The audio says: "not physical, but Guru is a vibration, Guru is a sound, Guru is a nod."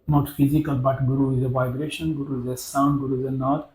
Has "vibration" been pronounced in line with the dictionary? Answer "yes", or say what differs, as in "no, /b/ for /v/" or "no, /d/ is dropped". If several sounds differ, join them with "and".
yes